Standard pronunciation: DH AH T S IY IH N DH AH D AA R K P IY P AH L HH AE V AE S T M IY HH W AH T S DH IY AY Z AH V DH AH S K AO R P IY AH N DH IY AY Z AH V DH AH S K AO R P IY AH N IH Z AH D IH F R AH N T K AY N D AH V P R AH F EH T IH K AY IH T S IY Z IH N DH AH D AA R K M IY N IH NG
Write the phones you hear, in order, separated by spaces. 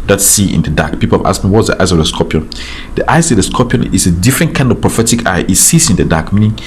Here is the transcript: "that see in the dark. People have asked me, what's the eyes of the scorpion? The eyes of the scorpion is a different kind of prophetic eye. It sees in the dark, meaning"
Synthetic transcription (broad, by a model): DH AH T S IY IH N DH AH D AA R K P IY P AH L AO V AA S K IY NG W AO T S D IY AY S AH V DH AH S K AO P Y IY N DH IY AY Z AH V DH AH S K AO P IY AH N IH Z AH D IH F R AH N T K AY N D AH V P R AH F EH T IH K AY IH T S IY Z IH N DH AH D AA K M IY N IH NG